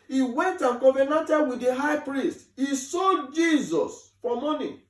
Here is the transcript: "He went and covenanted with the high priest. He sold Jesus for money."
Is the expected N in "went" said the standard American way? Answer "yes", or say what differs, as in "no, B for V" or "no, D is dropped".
yes